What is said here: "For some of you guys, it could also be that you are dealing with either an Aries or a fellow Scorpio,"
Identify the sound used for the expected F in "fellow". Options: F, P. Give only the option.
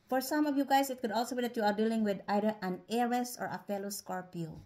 F